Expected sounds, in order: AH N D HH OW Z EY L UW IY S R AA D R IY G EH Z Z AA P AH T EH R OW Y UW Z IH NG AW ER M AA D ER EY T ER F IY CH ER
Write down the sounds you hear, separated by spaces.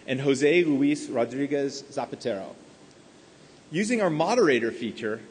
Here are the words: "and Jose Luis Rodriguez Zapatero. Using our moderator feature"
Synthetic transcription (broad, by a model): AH N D HH OW Z EY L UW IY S R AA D R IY G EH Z Z AA P AH T EH R OW Y UW Z IH NG AW ER M AA D ER EY T ER F IY CH ER